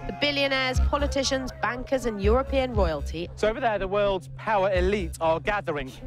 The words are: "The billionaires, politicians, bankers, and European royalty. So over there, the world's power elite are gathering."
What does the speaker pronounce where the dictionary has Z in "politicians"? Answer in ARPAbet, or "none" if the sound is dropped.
Z